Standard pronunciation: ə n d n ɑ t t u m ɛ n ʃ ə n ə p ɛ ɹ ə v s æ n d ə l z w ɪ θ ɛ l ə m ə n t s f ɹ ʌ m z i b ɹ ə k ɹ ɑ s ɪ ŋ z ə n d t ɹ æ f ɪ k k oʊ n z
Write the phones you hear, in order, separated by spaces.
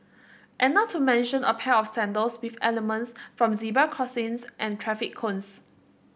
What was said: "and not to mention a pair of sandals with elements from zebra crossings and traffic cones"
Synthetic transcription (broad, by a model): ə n n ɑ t t u m ɛ n ʃ ə n ə p ɛ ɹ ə f s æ n d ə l s w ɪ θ ɛ l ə m ə n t s f ɹ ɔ m z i b ə k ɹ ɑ s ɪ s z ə n t ɹ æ f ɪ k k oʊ n s